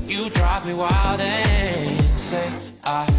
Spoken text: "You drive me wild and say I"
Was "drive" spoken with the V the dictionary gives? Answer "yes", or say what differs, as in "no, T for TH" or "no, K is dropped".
no, P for V